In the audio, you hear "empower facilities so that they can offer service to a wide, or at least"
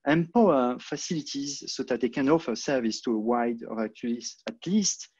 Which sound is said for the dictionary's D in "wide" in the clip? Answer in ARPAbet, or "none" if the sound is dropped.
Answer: D